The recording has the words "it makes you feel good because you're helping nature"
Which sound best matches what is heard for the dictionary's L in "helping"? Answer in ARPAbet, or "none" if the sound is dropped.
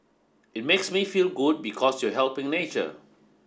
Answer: L